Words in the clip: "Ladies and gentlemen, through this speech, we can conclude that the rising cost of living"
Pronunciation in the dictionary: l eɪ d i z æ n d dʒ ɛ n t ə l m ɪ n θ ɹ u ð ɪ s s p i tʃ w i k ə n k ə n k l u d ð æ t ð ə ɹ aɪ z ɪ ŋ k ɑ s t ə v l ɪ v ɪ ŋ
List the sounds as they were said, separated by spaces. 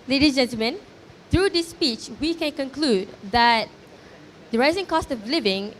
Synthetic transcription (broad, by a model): l eɪ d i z dʒ ɛ n t ə l m ɪ n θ ɹ u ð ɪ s s p i tʃ w i k ə n k ə n k l u d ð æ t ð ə ɹ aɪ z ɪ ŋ k ɑ s t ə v l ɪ v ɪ ŋ